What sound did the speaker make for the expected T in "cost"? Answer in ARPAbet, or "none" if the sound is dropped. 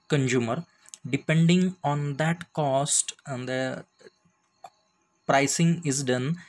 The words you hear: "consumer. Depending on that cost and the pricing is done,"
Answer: T